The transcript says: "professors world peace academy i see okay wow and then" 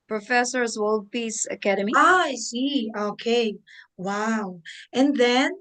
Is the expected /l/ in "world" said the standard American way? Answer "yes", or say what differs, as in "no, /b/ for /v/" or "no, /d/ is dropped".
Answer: yes